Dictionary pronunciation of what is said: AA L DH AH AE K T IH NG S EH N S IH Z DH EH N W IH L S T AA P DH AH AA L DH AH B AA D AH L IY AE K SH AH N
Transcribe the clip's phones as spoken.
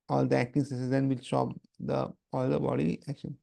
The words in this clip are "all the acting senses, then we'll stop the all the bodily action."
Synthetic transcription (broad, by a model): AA L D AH AE K T IH NG S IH S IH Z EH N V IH L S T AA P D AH AA L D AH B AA D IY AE K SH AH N